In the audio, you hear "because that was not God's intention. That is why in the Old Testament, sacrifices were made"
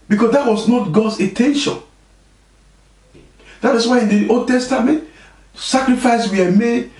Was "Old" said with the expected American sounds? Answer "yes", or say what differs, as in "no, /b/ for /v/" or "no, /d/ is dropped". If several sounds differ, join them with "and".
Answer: no, /l/ is dropped